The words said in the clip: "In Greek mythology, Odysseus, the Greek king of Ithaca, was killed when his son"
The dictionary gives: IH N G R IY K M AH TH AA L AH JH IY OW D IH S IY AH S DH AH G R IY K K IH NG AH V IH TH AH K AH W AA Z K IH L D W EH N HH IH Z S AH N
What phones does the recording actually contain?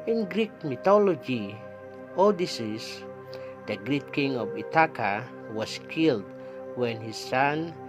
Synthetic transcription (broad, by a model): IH N G R IY K M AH T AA L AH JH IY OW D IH S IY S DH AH G R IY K K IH NG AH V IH T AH K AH W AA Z K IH L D W EH N HH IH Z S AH N